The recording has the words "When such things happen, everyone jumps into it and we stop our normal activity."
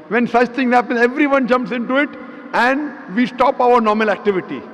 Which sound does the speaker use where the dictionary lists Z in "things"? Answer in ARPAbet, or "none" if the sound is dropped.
none